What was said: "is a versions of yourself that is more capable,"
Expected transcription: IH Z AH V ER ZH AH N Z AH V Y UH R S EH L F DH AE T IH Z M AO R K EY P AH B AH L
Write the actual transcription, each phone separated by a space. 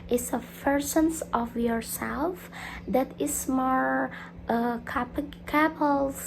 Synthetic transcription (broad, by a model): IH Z AH P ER S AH N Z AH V Y UH R S EH L F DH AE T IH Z M AO R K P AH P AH L